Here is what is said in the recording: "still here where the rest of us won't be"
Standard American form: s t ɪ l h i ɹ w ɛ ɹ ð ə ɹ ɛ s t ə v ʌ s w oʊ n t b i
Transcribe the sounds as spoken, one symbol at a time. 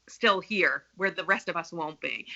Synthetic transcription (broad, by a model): s t ɪ l h i ɹ w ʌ ɹ ð ə ɹ ɛ s t ə v ʌ s w oʊ n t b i